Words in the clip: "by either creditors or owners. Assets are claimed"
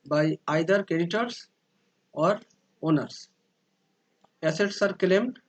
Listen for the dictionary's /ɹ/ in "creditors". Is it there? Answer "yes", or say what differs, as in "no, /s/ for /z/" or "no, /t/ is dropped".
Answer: no, /ɹ/ is dropped